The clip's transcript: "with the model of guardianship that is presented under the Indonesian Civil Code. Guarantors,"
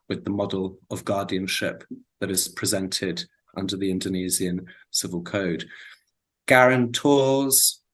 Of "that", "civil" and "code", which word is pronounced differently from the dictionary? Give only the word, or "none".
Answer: none